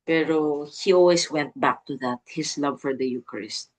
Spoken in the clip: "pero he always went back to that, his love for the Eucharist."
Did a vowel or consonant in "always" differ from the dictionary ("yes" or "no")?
yes